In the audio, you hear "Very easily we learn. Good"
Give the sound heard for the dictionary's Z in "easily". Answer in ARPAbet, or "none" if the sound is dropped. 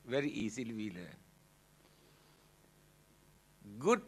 S